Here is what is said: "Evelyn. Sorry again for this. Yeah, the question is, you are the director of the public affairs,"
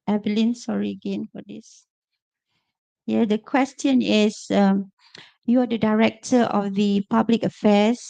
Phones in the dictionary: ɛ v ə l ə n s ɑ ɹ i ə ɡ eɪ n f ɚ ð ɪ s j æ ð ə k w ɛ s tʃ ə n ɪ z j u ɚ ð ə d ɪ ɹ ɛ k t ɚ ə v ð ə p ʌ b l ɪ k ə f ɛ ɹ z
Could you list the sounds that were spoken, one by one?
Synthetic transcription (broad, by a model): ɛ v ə l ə n s ɑ ɹ i ə ɡ eɪ n f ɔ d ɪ s j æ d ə k w ɛ s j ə n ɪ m j u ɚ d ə d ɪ ɹ ɛ k t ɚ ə f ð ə p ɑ b l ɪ k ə f ɛ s